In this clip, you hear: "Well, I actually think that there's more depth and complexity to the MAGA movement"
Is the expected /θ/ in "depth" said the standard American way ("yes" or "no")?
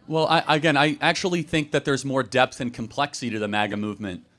yes